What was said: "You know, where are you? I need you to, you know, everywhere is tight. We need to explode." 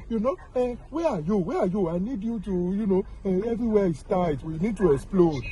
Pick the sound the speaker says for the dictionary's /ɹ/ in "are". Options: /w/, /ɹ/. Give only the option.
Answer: /w/